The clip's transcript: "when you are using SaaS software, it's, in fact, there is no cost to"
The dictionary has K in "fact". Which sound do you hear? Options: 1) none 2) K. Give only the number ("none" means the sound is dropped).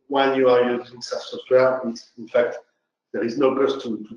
2